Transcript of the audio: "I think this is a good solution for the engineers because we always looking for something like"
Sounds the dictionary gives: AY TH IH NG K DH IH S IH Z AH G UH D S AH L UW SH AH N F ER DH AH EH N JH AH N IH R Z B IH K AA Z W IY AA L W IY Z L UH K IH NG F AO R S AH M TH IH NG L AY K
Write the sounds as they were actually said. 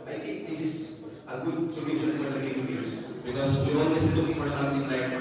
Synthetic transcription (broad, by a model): AY T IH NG K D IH S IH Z AH G UH D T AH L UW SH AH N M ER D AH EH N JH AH IH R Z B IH K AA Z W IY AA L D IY S L UH K IH NG F AO R S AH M T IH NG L AY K